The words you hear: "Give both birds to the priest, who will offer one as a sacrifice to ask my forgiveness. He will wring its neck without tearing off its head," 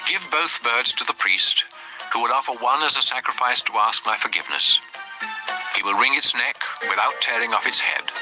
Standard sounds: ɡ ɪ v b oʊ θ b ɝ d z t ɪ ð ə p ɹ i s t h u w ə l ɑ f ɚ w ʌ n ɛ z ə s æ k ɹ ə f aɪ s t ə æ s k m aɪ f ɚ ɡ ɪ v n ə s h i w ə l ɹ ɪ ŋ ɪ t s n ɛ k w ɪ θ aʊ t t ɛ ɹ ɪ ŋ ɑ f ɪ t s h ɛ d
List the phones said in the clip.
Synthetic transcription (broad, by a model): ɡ ɪ v b oʊ θ b ɝ d z t ɪ ð ə p ɹ i s t h u w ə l ɑ f ɚ w ʌ n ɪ z ə s æ k ɹ ə f aɪ s t ə æ s k m aɪ f ɚ ɡ ɪ v n ə s h i w ə l ɹ ɪ ŋ ɪ t s n ɛ k w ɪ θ aʊ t t ɛ ɹ ɪ ŋ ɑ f ɪ t s h ɛ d